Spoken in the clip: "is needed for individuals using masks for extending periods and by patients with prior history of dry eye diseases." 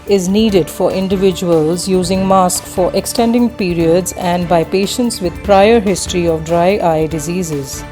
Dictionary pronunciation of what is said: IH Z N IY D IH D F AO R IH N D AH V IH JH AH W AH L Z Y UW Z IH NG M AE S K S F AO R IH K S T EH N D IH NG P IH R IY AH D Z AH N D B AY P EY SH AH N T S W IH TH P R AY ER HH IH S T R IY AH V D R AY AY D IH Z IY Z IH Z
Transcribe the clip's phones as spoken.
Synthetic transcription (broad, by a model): IH Z N IY D IH D F AO R IH N D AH V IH JH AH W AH L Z Y UW Z IH NG M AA S K F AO R IH K S T EH N D IH NG P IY R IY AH D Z AH N D B AY P EY SH AH N T S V IH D P R AY ER HH IH S T R IY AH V D R AY AY D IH Z IY Z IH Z